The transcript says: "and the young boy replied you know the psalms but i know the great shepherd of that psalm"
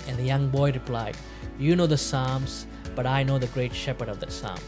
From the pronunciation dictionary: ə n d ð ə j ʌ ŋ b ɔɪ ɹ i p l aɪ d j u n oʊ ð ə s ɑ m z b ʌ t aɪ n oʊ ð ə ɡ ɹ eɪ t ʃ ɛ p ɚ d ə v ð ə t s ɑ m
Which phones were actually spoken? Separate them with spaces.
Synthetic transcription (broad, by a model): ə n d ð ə j ʌ ŋ b ɔɪ ɹ i p l aɪ d j u n oʊ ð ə s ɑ m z b ʌ t aɪ n oʊ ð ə ɡ ɹ eɪ t ʃ ɛ p ɚ d ə v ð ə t s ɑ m